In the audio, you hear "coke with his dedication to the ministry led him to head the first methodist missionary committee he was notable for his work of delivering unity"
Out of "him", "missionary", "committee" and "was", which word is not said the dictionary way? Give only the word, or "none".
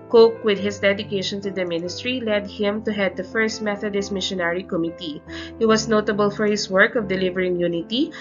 was